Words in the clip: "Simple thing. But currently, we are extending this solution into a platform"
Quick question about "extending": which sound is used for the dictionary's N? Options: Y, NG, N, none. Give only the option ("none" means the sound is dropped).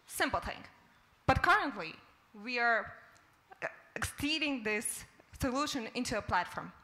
none